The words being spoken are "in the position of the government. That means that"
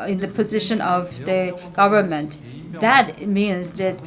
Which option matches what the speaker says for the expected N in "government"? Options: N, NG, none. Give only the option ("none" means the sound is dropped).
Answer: N